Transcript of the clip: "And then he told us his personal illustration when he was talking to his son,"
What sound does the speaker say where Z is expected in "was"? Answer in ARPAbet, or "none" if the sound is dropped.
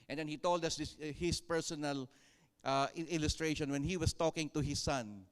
S